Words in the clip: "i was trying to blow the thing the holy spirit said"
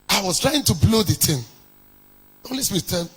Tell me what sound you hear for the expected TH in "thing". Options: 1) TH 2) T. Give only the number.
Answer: 2